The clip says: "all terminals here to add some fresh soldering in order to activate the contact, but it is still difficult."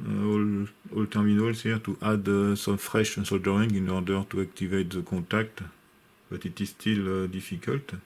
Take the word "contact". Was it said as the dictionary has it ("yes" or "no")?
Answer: no